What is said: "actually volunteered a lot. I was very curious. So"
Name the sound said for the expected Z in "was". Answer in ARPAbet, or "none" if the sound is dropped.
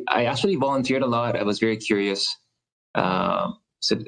Z